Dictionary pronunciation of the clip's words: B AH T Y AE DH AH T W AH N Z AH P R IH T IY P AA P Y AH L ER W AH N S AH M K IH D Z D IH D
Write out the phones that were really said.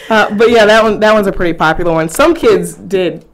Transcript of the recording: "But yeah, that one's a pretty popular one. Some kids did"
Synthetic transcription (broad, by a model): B AH T Y AE DH AH T W AH N Z AH P R IH T IY P AA P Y L ER W AH N S AH M K IH D Z D IH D